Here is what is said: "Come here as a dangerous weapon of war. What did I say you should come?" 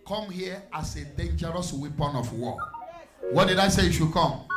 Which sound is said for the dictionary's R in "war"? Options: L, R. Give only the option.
L